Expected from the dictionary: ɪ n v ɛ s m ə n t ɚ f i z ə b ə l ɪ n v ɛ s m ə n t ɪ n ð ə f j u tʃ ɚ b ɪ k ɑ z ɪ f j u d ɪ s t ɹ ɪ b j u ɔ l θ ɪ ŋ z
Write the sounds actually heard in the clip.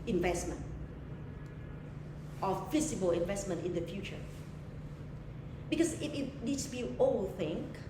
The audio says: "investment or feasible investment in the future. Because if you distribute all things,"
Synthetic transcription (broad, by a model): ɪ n v ɛ s m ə n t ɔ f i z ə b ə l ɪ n v ɛ s m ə n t ɪ n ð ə f j u tʃ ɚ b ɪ k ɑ s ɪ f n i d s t u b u ɔ l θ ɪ ŋ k